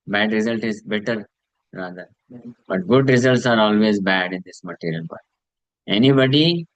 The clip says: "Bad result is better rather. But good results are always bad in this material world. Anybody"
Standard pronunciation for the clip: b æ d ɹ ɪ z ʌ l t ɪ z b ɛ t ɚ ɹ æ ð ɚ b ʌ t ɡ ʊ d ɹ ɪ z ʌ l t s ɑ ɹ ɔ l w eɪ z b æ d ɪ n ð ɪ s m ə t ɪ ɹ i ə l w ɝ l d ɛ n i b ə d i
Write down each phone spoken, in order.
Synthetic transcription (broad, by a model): b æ d ɹ ɪ z ʌ l t ɪ z b ɛ t ɚ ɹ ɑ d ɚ b ʌ t ɡ ʊ d ɹ ɪ z ʌ l t s ɑ ɹ ɔ l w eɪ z b æ d ɪ n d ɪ s m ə t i ɹ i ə l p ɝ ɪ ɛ n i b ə d i